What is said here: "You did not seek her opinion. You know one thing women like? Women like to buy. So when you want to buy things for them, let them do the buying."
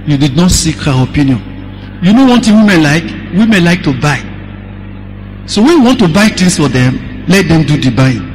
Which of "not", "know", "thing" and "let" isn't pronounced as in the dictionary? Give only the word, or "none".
thing